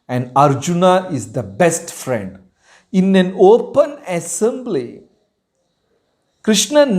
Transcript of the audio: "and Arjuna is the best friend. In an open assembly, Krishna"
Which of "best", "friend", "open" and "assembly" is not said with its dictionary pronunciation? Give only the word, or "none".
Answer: none